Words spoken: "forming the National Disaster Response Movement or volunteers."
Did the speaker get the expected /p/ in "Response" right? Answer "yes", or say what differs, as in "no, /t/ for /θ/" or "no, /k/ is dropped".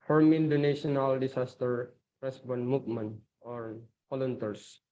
no, /b/ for /p/